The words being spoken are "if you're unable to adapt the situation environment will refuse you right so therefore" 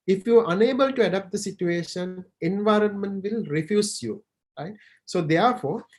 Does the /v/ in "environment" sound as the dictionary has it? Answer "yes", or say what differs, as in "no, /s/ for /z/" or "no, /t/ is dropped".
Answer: yes